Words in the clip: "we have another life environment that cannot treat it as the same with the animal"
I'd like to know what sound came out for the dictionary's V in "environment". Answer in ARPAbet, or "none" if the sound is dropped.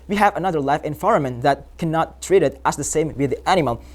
F